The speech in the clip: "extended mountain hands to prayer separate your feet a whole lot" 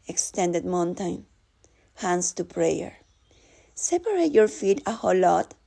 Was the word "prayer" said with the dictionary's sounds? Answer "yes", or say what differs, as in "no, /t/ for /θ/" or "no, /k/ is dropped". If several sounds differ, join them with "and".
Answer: yes